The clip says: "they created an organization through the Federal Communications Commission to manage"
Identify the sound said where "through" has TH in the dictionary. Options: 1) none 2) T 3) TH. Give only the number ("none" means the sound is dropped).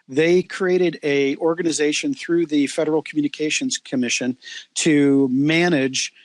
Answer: 3